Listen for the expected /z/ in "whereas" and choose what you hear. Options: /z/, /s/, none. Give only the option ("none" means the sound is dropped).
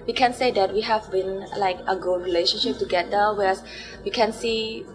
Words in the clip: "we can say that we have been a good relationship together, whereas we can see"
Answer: /s/